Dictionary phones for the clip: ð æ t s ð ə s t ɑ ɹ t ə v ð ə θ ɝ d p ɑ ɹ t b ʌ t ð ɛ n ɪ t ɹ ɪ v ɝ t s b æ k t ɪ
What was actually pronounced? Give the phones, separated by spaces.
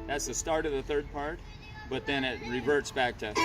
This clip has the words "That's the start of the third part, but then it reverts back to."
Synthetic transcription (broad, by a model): ð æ t s ð ə s t ɑ ɹ t ə v ð ə θ ɝ d p ɑ ɹ t b ʌ t ð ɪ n ɪ t ɹ ɪ v ɝ t s b æ k t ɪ